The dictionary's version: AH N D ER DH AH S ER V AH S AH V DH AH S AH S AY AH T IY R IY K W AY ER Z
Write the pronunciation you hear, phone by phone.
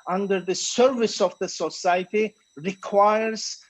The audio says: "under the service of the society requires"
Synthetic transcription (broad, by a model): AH N D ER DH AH S ER V AH S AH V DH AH S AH S AY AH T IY R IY K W AY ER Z